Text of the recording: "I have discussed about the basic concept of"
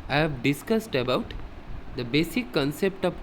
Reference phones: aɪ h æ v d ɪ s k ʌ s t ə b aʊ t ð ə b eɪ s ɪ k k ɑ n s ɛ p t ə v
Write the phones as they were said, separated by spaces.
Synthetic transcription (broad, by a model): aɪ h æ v d ɪ s k ʌ s t ə b aʊ t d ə b eɪ s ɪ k k ɑ n s ɛ p t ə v